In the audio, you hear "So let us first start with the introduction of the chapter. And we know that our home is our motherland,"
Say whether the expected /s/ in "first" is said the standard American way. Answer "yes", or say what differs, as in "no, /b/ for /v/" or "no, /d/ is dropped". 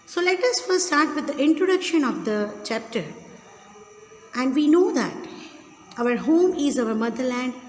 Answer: no, /s/ is dropped